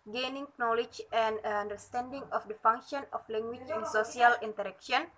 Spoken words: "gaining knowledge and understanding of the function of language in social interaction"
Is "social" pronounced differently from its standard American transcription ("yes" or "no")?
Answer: yes